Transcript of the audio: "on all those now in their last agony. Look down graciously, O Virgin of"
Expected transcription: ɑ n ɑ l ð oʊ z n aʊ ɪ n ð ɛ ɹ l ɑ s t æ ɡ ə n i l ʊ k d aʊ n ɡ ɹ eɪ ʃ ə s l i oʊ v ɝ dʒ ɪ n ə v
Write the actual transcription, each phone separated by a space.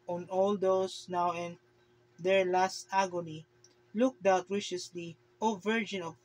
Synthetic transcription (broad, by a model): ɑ n ɑ l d oʊ s n aʊ ɪ n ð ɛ ɹ l ɑ s t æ ɡ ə n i l ʊ k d aʊ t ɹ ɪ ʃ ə s l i oʊ v ɝ dʒ ɪ n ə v